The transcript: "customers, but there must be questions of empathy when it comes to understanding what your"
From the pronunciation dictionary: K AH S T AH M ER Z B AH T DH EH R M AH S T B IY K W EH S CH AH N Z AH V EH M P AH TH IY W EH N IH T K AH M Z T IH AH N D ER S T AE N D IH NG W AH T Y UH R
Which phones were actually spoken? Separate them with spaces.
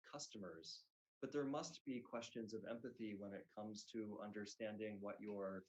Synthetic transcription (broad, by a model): K AH S T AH M ER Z B AH T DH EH R M AH S T B IY K W EH S CH AH N Z AH V EH M P AH TH IY W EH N IH T K AH M Z T IH AH N D ER S T AE N D IH NG W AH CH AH R